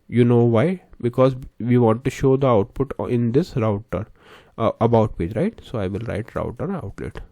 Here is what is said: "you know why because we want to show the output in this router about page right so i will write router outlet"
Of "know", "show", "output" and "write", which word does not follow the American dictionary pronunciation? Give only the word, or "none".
none